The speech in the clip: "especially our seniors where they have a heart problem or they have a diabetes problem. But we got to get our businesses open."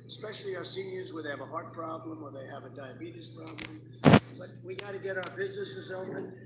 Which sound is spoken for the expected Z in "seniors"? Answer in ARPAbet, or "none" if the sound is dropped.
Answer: Z